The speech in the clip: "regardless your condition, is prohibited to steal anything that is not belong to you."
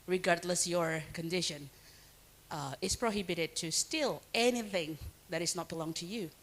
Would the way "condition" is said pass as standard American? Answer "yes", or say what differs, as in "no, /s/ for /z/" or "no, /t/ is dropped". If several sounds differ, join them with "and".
yes